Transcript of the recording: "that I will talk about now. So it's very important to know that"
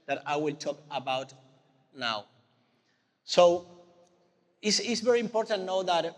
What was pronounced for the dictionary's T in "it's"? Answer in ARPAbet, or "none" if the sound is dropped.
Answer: S